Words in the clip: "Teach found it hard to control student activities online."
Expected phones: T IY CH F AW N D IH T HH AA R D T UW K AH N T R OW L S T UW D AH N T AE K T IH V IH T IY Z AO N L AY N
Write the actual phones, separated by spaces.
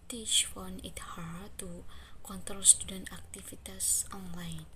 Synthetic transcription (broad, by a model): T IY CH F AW N IH T HH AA R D T UW K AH N T R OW L S T UW D AH N T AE K T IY F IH T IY S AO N L AY N